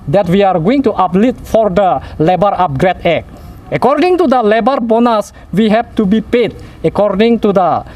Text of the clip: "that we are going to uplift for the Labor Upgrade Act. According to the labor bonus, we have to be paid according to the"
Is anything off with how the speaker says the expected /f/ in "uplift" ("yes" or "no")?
yes